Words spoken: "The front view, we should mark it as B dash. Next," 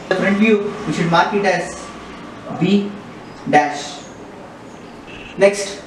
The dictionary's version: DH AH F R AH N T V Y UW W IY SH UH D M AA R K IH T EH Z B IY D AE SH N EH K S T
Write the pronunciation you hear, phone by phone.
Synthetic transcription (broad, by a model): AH P R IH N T V Y UW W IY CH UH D M AA R K IH T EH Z B IY D AE SH N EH K S T